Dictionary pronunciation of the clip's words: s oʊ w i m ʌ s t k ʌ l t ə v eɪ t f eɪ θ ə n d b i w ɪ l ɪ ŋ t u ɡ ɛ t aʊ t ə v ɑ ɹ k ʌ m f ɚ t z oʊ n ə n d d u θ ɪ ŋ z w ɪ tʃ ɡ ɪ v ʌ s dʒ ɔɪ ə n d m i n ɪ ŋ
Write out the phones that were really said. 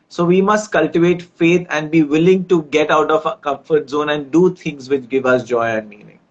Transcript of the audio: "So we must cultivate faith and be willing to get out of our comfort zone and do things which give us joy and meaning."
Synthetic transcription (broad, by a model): s oʊ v i m ʌ s t k ʌ l t ə v eɪ t f eɪ t ə n d b i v ɪ l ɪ ŋ t u ɡ ɛ t aʊ t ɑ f k ʌ m f ɚ t z oʊ n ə n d d u t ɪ ŋ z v ɪ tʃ ɡ ɪ v ʌ s dʒ ɔɪ ə n d m i n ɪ ŋ